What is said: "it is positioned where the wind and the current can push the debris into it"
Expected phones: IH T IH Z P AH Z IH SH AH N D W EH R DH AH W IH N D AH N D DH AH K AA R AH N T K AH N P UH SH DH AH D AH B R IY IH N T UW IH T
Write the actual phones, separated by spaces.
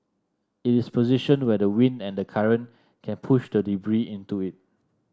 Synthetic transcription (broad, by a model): IH T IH S P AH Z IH SH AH N W EH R AH W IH N D AH N D AH K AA R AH N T K AH N P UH SH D AH D AH B R IY IH N T UW IH T